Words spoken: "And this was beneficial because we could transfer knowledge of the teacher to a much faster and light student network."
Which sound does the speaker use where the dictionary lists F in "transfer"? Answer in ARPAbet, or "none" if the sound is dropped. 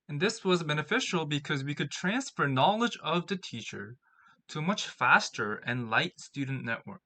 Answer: F